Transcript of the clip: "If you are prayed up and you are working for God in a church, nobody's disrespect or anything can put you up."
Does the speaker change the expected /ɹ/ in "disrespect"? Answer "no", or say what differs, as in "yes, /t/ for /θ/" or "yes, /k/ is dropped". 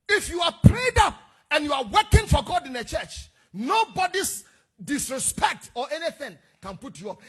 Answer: no